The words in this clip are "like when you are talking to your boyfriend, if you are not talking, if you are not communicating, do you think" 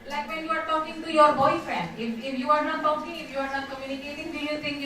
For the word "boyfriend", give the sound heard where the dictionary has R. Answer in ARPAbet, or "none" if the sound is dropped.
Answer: none